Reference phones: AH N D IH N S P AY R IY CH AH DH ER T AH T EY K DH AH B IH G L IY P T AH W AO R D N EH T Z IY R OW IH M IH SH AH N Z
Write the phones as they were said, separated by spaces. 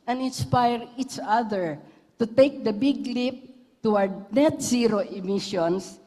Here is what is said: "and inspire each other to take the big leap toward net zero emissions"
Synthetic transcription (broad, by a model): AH N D IH N S P AY R IY CH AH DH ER T AH T EY K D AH B IH G L IY P T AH W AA R D N EH T S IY R OW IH M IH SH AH N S